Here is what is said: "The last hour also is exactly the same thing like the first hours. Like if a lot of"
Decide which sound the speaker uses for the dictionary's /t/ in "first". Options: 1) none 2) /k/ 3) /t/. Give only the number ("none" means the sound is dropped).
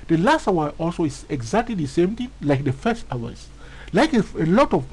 3